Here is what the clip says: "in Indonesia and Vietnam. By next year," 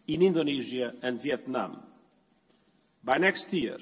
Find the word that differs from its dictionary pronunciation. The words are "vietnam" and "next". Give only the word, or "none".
none